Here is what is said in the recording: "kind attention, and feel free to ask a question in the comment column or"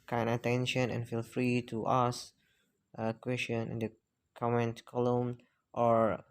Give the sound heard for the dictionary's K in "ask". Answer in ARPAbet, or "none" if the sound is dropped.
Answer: none